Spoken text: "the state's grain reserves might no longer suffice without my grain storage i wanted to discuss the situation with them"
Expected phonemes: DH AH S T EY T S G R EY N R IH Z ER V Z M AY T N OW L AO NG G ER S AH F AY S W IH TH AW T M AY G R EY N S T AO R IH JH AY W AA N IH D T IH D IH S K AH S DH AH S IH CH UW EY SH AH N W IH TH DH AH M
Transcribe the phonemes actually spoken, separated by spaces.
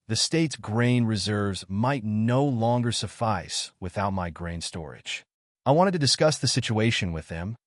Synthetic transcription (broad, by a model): DH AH S T EY T S G R EY N R IH Z ER V Z M AY T N OW L AO NG G ER S AH F AY S W IH TH AW T M AY G R EY N S T AO R IH JH AY W AA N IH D T IH D IH S K AH S DH AH S IH CH UW EY SH AH N W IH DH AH M